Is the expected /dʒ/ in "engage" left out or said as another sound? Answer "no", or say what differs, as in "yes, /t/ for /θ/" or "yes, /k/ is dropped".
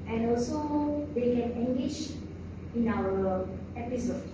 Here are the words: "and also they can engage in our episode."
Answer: yes, /ʃ/ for /dʒ/